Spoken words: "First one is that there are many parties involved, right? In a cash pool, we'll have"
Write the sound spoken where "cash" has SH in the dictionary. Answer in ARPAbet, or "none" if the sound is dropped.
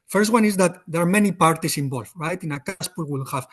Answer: S